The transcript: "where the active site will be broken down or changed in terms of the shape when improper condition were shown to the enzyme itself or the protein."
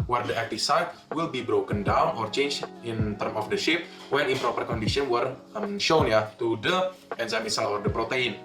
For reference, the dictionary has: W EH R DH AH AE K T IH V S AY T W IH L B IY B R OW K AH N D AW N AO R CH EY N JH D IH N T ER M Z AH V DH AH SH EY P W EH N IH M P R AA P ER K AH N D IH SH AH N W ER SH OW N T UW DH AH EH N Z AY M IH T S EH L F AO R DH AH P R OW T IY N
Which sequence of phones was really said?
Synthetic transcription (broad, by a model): W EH R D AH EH K T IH F S AY T W IH L B IY B R OW K AH N D AW N AO R CH EY N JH IH N T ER M AH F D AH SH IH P W EH N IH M P R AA P ER K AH N D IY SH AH N W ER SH OW N T UW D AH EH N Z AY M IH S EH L AO R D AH P R OW T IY N